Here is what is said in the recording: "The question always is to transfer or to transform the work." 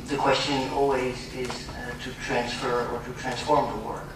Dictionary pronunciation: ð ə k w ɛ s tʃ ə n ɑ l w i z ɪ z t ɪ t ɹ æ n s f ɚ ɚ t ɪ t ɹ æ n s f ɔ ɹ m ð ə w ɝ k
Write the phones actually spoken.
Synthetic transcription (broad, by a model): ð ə k w ɛ s tʃ ə n ɑ l w i z ɪ z t ɪ t ɹ æ n s f ɚ ɚ t ɪ t ɹ æ n s f ɔ ɹ m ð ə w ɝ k